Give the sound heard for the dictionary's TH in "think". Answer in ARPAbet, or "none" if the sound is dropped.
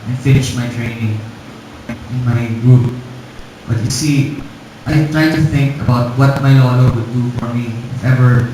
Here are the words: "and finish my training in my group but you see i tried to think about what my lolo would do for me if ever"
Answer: TH